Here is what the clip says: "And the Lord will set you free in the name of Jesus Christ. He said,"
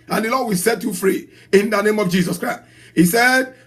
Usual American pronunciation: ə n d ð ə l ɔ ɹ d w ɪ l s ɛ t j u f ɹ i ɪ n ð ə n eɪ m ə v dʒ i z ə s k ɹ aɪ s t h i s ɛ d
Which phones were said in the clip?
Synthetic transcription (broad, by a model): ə n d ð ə l ɔ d w ɪ l s ɛ t j u f ɹ i ɪ n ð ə n eɪ m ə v dʒ i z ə s k ɹ aɪ s t h i s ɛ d